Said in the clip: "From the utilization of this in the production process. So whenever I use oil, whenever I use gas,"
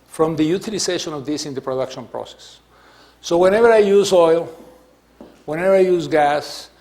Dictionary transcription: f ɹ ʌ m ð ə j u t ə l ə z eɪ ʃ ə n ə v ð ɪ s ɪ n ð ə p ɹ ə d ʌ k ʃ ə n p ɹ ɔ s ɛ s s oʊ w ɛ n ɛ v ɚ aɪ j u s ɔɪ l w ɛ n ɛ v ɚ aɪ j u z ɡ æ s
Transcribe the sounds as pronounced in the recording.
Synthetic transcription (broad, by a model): f ɹ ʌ m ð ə j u t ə l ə s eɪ ʃ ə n ə v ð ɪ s ɪ n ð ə p ɹ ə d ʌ k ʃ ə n p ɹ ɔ s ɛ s s oʊ w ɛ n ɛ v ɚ aɪ j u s ɔɪ l w ɛ n ɛ v ɚ aɪ j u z ɡ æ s